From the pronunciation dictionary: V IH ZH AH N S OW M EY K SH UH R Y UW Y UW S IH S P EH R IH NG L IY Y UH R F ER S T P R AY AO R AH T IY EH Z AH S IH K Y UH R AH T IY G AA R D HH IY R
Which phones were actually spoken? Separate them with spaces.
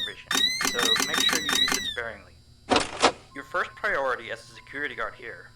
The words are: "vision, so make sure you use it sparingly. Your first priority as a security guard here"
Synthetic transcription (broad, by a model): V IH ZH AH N S OW M EY K SH UH R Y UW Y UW IH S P EH R IH NG L IY Y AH R F ER S T P R AY AO R AH T IY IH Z AH S IH K Y UH R AH T IY G AA R D HH IY R